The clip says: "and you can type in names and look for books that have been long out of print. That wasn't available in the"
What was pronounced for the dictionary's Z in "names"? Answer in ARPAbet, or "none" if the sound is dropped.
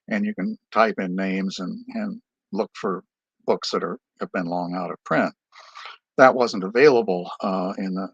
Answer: Z